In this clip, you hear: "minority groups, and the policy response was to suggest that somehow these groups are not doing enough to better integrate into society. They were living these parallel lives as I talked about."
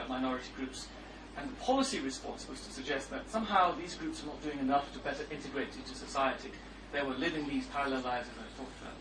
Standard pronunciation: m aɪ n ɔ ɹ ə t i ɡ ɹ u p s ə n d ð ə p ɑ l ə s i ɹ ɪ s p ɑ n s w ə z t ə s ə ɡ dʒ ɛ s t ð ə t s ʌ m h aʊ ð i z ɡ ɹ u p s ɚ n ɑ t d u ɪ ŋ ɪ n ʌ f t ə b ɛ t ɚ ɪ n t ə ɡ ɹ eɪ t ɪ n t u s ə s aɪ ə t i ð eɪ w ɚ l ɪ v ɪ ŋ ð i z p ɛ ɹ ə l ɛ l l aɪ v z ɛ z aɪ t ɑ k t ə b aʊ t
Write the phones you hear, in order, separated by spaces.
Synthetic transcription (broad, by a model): m aɪ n ɔ ɹ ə t i ɡ ɹ u p s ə n ð ə p ɑ l ə s i ɹ ɪ s p ɑ n s w ə z t ə s ə ɡ dʒ ɛ s t ð ə t s ʌ m h aʊ ð i z ɡ ɹ u p s ɚ n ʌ t d u ɪ ŋ ɪ n ʌ f t ə b ɛ t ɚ ɪ n t ə ɡ ɹ eɪ t ɪ n t u s ə s aɪ ə t i ð eɪ w ɚ l ɪ v ɪ ŋ ð i z p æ ɹ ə l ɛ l l aɪ z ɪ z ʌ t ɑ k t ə